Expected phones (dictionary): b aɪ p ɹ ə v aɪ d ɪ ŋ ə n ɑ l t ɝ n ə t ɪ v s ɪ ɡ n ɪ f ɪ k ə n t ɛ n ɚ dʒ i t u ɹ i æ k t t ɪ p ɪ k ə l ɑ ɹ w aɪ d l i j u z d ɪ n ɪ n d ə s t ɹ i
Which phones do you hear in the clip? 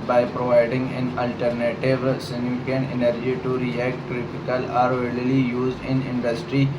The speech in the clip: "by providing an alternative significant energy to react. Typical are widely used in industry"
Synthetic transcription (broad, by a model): b aɪ p ɹ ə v aɪ d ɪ ŋ ə n ɑ l t ɝ n ə t ɪ v s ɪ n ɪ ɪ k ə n ɛ n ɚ dʒ i t u ɹ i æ k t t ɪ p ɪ k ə l ɑ ɹ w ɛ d l i j u z d ɪ n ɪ n d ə s t ɹ i